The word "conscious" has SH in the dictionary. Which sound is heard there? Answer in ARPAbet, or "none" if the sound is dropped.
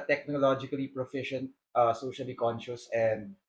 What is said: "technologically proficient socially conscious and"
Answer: SH